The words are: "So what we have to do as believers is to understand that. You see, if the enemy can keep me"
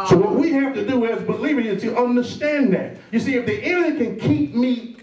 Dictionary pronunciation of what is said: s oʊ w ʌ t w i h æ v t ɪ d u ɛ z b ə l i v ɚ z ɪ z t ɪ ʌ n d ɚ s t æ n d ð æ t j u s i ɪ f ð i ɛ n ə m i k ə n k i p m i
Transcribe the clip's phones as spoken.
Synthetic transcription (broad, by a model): s oʊ w ʌ t w i h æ f t ɪ d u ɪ z b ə l i v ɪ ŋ ɪ z t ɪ ʌ n d ɚ s t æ n ð æ t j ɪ s i ɪ f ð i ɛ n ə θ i k ə n k i p m i